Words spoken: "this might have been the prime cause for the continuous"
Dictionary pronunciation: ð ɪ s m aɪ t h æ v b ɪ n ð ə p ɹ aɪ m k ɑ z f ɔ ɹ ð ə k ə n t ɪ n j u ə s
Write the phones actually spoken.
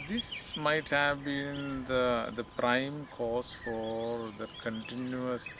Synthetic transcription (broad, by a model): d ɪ s m aɪ t h æ v b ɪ n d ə p ɹ aɪ m k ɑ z f ɔ ɹ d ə k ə n t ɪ n j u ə s